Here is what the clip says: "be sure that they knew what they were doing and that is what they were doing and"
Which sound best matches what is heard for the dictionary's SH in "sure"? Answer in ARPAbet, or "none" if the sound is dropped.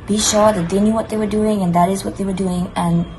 SH